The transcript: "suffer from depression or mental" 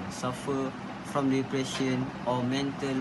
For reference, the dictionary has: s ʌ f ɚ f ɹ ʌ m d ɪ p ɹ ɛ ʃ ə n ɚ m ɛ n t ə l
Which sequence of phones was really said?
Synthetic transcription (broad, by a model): s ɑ f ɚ f ɹ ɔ m d ɪ p ɹ ɛ ʃ ə n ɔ m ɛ n t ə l